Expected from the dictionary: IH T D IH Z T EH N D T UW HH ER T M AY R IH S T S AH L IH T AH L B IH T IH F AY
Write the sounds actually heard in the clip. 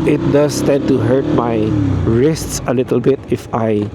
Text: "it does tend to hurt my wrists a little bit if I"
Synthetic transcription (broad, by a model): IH T D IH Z T EH N T UW HH ER T M AY R IH S T S AH L IH T AH L B IH T IH F AY